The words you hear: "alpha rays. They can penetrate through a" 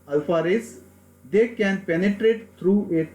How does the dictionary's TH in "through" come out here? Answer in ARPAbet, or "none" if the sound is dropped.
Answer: T